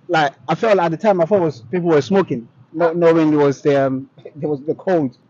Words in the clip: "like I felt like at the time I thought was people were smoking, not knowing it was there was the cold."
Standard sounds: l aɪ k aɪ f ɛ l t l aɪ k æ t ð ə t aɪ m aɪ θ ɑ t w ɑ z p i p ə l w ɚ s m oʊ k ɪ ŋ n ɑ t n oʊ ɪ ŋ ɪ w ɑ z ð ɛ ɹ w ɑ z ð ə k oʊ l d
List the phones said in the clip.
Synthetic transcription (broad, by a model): l aɪ k aɪ f ɛ l t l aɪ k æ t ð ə t aɪ m aɪ f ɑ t w ɑ z p i p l w ɚ s m oʊ k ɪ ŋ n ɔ n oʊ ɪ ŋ ɪ w ɑ z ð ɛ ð w ɑ z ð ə k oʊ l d